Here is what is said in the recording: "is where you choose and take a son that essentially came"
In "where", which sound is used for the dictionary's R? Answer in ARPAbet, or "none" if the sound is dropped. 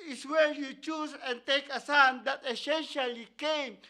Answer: L